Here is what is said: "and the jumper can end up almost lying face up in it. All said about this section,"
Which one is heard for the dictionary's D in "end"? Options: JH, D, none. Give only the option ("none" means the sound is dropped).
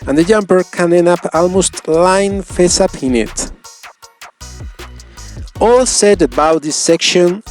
none